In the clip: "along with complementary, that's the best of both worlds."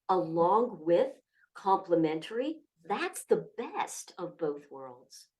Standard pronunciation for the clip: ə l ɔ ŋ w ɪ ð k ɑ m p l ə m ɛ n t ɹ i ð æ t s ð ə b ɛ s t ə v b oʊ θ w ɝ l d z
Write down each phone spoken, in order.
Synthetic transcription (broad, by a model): ə l ɔ ŋ w ɪ ð k ɑ m p l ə m ɛ n t ɹ i ð æ t s ð ə b ɛ s t ə v b oʊ θ w ɝ l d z